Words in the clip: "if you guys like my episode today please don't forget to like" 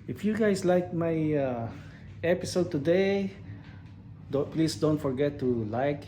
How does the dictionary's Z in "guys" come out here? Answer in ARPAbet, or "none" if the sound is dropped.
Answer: S